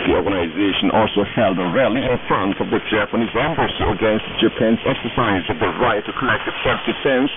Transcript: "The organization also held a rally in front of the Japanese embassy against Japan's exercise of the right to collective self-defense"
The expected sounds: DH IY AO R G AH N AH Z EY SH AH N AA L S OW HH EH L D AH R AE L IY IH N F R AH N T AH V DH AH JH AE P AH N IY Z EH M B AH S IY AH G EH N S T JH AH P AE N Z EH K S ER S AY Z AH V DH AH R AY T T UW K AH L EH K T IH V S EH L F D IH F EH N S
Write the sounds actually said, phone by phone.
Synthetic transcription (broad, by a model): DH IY AO R G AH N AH Z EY SH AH N AA L S OW HH EH L D AH R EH L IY IH N F R AH N T AH V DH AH JH AE P AH N IY Z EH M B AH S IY AH G EH N S T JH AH P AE N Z EH K S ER S AY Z AH V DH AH R AY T T UW K AH L EH K T IH V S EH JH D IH F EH N S